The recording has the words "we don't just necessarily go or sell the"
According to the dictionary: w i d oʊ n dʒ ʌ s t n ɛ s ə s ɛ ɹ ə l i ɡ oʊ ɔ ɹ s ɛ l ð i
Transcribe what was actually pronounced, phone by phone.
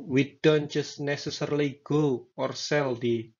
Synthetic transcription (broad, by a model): w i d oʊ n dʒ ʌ s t n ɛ s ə s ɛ ɹ l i ɡ oʊ ɔ ɹ s ɛ l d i